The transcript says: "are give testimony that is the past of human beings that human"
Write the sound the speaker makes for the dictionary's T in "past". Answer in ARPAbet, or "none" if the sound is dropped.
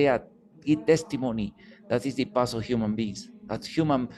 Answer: none